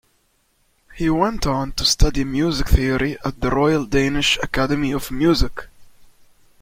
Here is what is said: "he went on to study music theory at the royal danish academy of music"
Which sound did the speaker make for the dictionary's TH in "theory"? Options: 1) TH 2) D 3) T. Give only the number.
1